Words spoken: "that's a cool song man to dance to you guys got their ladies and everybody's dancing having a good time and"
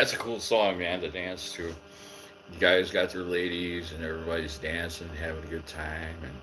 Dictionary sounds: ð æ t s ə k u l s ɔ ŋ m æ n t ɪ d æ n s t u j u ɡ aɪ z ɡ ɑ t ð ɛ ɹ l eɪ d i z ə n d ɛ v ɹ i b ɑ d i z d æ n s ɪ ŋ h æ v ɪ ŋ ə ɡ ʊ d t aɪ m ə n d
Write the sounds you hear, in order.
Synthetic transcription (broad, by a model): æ t s ə k u l s ɔ ŋ m æ n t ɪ d æ n s t u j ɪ ɡ aɪ z ɡ ɑ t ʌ ɹ l eɪ d i z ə n ɛ v ɹ i b ɑ d i z d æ n s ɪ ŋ h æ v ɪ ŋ ə ɡ ʊ d t aɪ m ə n